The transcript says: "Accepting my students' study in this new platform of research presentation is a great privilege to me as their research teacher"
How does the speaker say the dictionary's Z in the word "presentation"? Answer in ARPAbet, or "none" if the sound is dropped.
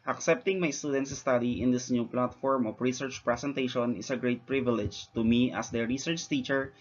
S